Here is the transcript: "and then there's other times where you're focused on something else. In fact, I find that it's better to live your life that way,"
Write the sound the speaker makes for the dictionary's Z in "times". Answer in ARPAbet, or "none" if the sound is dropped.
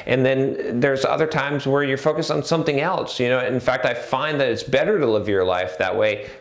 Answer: Z